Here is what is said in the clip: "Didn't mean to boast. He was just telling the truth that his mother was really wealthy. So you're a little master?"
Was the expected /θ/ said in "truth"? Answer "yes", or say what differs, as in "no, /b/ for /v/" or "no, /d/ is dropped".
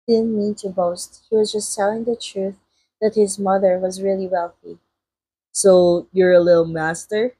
yes